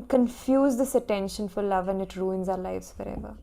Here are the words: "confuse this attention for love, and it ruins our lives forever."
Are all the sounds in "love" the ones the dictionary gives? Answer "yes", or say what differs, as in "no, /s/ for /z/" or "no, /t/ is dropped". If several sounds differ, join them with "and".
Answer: yes